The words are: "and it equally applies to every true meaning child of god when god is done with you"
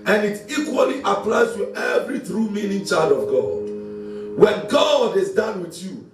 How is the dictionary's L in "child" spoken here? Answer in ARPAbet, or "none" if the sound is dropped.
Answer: L